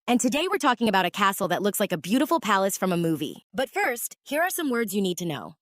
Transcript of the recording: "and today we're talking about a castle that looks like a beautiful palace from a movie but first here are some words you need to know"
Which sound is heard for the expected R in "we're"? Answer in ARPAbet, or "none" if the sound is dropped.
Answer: R